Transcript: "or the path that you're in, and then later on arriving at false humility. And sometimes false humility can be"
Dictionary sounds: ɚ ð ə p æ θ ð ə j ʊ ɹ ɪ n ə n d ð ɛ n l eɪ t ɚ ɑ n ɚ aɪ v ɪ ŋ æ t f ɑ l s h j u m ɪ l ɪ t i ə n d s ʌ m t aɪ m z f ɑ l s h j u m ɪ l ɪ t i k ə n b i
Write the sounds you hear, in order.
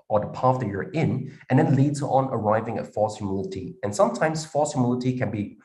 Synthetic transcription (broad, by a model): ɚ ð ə p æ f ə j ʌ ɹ ɪ n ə n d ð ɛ n l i s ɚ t n ɚ aɪ v ɪ ŋ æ t f ɑ l s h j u m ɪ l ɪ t i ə n s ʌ m t aɪ m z f ɑ l s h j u m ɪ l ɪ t i k ə n b i